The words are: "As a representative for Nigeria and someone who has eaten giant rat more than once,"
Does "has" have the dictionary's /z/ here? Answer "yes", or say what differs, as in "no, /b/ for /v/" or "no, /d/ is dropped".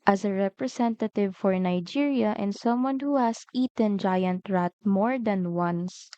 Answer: no, /s/ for /z/